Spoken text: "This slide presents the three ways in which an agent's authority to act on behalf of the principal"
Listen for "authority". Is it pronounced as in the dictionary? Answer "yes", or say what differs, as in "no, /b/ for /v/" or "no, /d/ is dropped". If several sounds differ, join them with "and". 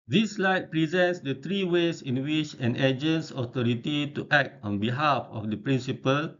no, /t/ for /θ/